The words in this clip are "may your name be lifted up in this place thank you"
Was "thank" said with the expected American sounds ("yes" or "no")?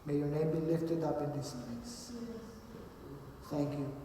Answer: no